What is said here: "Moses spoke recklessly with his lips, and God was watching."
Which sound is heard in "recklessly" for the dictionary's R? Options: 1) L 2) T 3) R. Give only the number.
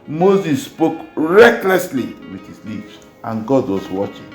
3